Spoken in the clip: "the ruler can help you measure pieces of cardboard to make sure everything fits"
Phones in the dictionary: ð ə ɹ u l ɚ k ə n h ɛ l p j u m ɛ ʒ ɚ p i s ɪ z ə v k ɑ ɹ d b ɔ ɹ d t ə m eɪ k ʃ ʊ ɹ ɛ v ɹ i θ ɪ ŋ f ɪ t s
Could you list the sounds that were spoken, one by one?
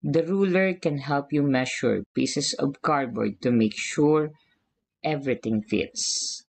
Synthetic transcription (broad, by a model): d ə ɹ u l ɚ k ə n h ɛ l p j u m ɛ ʃ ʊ p i s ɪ s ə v k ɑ ɹ b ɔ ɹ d t ə m eɪ k ʃ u ɹ ɛ v ɹ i t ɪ ŋ f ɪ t s